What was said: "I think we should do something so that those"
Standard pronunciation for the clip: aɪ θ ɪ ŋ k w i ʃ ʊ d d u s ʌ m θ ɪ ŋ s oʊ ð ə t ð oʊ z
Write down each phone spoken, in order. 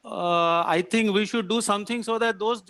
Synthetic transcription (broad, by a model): aɪ t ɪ ŋ k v i ʃ ʊ d d u s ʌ m t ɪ ŋ s oʊ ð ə t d oʊ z